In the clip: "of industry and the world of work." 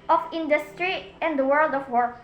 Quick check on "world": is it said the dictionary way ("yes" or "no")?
yes